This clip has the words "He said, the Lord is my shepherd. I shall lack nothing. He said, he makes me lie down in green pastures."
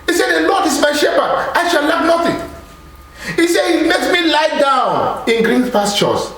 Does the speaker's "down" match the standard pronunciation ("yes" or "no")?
yes